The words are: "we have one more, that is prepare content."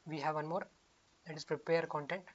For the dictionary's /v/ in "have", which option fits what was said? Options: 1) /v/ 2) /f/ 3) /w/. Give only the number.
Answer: 1